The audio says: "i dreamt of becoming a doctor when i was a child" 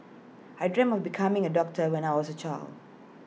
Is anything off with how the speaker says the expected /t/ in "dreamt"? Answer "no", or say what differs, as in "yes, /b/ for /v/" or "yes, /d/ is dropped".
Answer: yes, /t/ is dropped